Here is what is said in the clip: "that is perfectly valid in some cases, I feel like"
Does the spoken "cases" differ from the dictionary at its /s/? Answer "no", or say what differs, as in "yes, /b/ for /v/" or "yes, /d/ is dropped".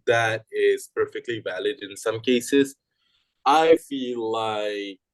no